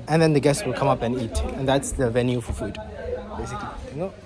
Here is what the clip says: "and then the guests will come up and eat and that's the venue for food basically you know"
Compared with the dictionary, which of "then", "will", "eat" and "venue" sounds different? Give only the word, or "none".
none